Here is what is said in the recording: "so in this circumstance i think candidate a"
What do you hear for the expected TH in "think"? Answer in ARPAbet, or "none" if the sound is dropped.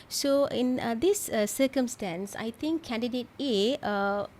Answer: T